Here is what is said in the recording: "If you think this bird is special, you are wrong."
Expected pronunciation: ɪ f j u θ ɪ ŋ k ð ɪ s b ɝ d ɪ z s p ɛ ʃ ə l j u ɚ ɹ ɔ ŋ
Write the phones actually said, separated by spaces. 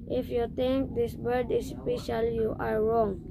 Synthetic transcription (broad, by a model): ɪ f j u t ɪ ŋ k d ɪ s b ɝ d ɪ s p ɛ ʃ ə l j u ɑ ɹ ɔ ŋ